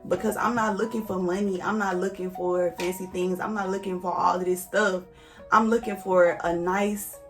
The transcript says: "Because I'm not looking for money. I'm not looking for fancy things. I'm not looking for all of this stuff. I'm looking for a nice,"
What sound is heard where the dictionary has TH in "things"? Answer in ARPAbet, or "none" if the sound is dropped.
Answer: TH